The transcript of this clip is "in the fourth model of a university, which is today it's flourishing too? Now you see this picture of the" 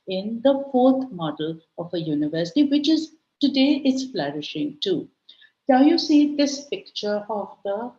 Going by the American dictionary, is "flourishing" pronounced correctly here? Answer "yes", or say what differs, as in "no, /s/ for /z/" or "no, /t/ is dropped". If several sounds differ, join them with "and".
yes